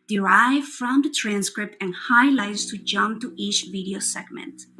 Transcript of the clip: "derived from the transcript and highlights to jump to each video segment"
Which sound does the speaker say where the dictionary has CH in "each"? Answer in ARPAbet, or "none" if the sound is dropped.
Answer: CH